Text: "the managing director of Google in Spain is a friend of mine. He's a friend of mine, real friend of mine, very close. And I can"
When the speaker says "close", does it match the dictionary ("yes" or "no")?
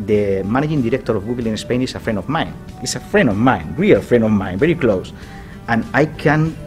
yes